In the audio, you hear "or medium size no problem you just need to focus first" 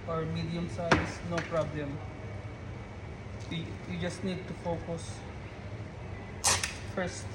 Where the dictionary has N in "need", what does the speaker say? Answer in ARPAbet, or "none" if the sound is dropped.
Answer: N